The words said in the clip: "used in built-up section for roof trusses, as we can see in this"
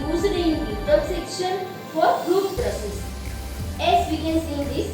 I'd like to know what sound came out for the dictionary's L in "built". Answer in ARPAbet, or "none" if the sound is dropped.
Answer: none